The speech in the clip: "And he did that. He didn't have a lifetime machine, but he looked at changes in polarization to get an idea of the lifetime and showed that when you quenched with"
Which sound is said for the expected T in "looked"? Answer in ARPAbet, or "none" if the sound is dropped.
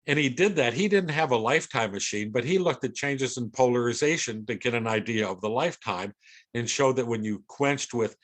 T